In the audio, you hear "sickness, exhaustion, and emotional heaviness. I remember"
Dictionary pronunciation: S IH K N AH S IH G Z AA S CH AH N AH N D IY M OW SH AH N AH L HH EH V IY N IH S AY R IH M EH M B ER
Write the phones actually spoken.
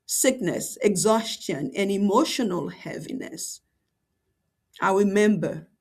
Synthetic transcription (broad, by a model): S IH K N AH S IH G Z AA S CH AH N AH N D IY M OW SH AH N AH L HH EH V IY N IH S AY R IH M EH M B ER